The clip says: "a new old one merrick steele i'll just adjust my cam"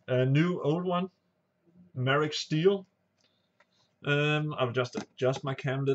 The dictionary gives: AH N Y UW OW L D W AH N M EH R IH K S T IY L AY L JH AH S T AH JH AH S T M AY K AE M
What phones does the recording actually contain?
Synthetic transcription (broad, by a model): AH N Y UW OW L D W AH N M EH R IH K S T IY L AY W JH AH S T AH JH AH S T M AY K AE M